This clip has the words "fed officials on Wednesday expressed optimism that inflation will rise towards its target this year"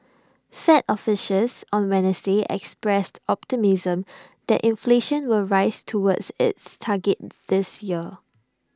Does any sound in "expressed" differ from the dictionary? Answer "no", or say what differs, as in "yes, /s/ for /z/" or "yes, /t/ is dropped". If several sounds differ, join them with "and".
no